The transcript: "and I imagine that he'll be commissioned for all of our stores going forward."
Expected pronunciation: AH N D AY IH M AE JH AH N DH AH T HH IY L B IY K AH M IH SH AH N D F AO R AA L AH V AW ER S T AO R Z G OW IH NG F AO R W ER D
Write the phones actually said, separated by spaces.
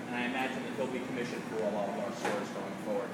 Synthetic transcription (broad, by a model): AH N AY IH M AE JH AH N DH AH T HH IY L B IY K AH M IH SH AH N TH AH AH L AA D AH V AW ER S T AO R Z G OW IH NG F AO R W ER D